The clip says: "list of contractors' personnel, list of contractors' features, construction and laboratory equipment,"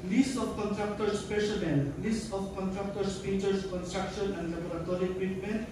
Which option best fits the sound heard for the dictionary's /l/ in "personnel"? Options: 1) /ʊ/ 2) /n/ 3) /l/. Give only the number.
2